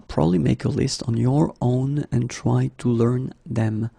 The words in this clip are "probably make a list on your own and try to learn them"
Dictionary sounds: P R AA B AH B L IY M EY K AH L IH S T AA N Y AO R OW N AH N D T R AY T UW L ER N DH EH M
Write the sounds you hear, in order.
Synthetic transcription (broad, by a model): P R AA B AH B L IY M EY K AH L IH S T N Y AO R OW N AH N T R AY T UW L ER N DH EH M